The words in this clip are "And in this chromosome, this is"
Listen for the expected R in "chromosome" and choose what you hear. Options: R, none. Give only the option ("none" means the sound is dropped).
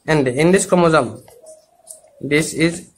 none